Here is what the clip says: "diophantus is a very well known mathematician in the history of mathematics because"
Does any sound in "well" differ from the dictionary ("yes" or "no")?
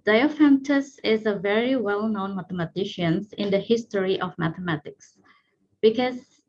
no